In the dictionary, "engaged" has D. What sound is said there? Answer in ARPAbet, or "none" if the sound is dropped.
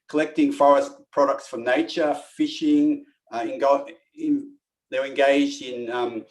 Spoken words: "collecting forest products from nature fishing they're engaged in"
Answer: D